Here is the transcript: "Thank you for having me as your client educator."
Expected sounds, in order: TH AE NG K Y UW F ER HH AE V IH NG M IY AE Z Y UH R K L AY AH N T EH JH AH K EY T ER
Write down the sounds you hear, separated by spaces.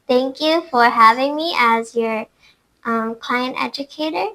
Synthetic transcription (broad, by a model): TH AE NG K Y UW F ER HH AE V IH NG M IY AE Z Y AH R K L AY AH N T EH JH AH K EY T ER